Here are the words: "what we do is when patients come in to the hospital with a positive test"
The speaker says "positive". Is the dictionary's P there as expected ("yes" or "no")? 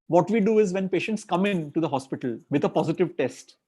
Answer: yes